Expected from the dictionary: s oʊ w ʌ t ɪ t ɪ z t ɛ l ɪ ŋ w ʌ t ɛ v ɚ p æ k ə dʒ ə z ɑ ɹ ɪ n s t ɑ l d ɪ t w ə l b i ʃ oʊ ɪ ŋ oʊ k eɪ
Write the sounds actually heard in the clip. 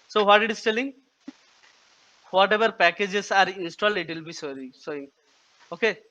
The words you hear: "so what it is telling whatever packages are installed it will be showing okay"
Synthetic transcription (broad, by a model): s oʊ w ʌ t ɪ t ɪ s t ɛ l ɪ ŋ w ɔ t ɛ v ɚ p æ k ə dʒ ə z ɑ ɹ ɪ n s t ɑ l d ɪ t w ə l b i s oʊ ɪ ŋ oʊ k eɪ